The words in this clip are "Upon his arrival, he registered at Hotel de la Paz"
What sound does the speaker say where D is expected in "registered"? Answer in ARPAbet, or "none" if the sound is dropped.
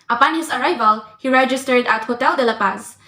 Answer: D